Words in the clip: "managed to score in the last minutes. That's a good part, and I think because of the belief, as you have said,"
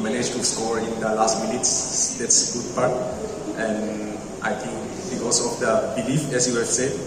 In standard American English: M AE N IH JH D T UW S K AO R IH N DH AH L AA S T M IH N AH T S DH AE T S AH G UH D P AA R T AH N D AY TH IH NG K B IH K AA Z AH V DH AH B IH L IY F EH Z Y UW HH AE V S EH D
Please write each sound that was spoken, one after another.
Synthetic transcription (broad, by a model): M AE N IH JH T UW S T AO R IH N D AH L AA S T M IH N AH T S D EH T S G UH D P AA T T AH N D AY T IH NG K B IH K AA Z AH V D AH B IH L IY F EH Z Y UW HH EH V S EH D